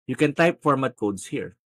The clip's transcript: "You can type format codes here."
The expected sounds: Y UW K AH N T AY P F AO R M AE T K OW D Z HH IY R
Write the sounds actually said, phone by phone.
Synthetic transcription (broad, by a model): Y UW K AH N T AY P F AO R M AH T K OW D S HH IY R